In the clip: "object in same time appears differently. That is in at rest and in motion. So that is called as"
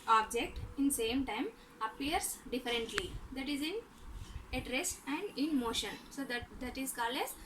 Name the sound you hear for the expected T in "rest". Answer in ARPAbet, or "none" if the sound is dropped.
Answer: none